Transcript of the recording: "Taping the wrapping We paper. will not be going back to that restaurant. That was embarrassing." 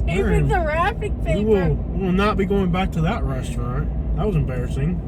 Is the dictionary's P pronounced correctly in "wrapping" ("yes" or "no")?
no